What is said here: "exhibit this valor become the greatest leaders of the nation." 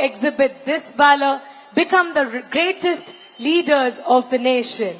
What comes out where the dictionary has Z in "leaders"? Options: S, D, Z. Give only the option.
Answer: Z